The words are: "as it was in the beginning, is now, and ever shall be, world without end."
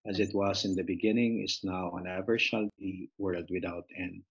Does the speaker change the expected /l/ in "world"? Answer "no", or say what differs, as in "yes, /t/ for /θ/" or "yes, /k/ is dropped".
no